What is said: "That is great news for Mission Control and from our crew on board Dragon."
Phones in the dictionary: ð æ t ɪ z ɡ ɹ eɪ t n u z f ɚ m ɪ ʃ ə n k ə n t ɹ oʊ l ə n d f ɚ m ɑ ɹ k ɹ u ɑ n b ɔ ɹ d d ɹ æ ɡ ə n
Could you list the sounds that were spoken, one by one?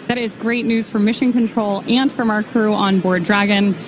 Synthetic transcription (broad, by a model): ð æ t ɪ z ɡ ɹ eɪ t n u z f ɚ m ɪ ʃ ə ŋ k ə n t ɹ oʊ l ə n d f ɚ m ɑ ɹ k ɹ u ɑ n b ɔ ɹ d d ɹ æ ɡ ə n